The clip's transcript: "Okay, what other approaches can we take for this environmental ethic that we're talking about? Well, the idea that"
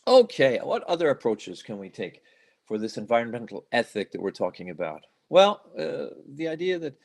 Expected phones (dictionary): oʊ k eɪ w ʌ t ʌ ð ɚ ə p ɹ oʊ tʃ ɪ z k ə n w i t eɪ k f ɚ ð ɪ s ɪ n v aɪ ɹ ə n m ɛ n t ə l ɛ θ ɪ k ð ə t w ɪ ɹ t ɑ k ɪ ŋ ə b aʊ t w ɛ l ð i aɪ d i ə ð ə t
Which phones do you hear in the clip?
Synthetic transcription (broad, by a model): oʊ k eɪ w ʌ t ʌ ð ɚ ə p ɹ oʊ tʃ ɪ z k ə n w i t eɪ k f ɚ ð ɪ s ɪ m v aɪ ɹ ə n m ɛ n t l ɛ θ ɪ k ð ə t w ɪ ɹ t ɑ k ɪ ŋ ə b aʊ t w ɛ l ð i aɪ d i ə ð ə t